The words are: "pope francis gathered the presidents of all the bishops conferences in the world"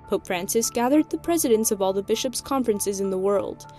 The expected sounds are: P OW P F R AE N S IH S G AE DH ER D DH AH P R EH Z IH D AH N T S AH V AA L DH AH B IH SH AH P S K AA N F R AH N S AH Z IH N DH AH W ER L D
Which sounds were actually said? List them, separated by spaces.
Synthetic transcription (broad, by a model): P OW P F R AE N S IH S G AE DH ER D DH AH P R EH Z IH D AH N T S AH V AA L DH AH B IH SH AH P S K AA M F R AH N S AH Z IH N DH AH W ER L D